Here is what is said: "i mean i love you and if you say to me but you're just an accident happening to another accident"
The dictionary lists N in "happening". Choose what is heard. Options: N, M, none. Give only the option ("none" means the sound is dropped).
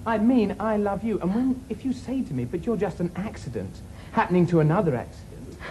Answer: N